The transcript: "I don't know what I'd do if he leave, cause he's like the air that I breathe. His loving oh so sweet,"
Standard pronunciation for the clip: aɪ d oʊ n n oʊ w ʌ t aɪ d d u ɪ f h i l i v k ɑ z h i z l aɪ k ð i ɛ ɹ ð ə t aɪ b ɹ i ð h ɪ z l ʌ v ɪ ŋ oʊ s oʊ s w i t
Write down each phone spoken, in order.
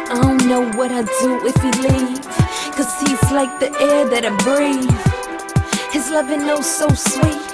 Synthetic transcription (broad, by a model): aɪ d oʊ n n oʊ w ʌ t aɪ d d u ɪ f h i l i v k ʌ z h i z l aɪ k ð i ɛ ɹ ð ə t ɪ b ɹ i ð h ɪ z l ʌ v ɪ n oʊ s oʊ s w i t